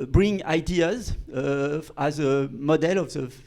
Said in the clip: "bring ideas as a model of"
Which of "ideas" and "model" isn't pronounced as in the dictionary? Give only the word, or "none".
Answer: none